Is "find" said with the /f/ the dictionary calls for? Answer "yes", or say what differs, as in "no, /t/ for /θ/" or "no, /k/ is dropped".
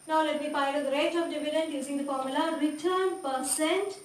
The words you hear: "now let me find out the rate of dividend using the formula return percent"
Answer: no, /p/ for /f/